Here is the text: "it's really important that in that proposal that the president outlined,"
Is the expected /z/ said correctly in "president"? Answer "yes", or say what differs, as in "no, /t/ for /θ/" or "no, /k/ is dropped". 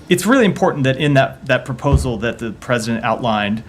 yes